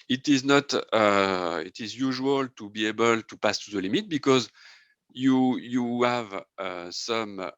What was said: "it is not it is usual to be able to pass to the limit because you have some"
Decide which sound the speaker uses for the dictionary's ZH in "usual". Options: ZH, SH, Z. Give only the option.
ZH